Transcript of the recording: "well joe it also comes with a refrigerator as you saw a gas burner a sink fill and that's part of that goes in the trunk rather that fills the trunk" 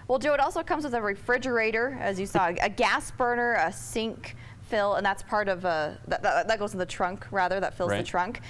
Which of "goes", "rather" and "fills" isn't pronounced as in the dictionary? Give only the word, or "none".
goes